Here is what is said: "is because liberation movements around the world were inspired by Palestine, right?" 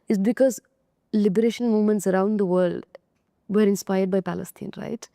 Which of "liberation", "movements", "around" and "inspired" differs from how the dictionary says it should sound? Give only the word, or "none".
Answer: movements